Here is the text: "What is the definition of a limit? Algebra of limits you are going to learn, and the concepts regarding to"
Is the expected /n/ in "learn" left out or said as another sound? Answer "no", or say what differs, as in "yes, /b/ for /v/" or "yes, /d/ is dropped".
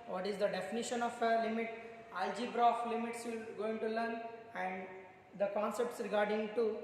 no